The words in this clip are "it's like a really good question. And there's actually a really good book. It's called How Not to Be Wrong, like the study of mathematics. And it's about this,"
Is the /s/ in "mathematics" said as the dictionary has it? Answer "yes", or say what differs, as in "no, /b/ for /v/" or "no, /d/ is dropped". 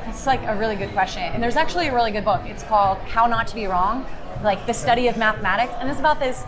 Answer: yes